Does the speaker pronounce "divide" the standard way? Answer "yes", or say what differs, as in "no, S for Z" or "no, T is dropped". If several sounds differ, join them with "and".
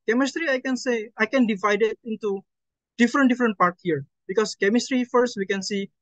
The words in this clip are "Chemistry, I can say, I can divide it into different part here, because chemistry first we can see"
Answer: yes